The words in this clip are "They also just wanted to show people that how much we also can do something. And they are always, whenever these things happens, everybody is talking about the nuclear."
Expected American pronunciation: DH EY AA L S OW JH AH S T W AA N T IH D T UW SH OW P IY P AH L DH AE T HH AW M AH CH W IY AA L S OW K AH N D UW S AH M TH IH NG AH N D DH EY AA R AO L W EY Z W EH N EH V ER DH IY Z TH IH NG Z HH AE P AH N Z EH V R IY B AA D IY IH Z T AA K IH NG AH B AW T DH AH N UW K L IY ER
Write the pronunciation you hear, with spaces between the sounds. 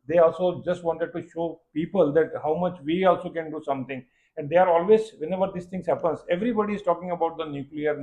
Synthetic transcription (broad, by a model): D EY AA L S OW JH AH S T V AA N T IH D T UW SH OW P IY P AH L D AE T HH AW M AH CH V IY AA L S OW K AH N D UW S AH M T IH NG AH N D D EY AA R AO L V EY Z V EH N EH V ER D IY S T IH NG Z HH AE P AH N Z EH V R IY B AA D IY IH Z T AA K IH NG AH B AW T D AH N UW K L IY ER